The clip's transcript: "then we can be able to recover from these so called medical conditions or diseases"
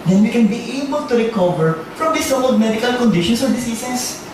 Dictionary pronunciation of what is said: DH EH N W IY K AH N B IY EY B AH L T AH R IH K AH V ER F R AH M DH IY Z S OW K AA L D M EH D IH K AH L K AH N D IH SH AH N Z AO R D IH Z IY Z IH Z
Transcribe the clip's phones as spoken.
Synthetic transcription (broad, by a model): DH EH N W IY K AH N B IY EY B AH L T AH R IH K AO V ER F R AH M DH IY S OW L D M EH D IH K AH L K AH N D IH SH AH N S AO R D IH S IY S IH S